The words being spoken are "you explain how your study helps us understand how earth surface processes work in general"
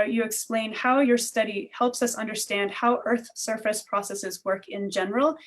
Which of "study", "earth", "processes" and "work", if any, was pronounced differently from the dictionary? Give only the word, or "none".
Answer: none